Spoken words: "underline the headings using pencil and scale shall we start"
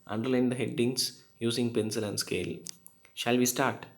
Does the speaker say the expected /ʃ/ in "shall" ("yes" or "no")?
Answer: yes